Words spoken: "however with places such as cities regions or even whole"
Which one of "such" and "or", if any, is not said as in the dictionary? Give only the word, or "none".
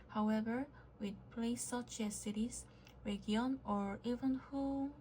none